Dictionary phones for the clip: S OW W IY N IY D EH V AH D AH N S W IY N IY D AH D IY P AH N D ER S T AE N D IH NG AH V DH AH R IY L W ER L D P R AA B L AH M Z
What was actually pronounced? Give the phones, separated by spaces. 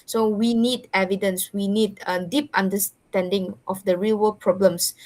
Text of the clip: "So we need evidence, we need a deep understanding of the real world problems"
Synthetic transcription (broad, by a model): S OW W IY N IY D EH V AH D AH N S W IY N IY D AH D IY P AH N D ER S T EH N D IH NG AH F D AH R IY L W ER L P R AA B L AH M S